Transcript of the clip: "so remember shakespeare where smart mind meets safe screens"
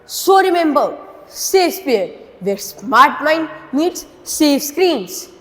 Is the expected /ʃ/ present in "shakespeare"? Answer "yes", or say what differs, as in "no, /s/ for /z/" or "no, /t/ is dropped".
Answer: no, /s/ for /ʃ/